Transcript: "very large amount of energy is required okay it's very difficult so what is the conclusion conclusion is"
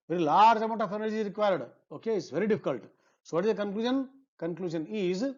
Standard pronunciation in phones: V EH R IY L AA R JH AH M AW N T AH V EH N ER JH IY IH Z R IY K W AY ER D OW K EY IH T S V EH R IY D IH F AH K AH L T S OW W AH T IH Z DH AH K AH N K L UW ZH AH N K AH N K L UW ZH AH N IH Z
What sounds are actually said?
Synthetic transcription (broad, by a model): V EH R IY L AA R JH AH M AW T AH F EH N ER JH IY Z R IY K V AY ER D OW K EY IH T S V EH R IY D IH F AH K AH L T S OW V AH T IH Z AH K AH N K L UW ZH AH N K AH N K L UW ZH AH N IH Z